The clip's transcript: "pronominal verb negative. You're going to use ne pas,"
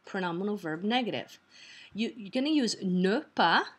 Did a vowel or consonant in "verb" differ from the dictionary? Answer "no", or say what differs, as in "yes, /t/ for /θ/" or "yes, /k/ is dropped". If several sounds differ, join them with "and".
no